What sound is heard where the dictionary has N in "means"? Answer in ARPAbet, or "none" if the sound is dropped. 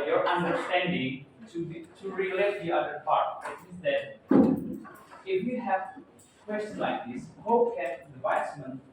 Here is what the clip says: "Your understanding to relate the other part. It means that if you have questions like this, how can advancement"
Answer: none